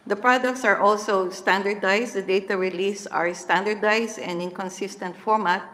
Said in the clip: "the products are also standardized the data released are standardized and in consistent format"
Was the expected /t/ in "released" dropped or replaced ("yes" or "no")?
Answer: yes